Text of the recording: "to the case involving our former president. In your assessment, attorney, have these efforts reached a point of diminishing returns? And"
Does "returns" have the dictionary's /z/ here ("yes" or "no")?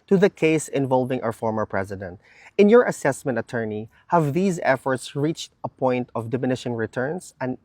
no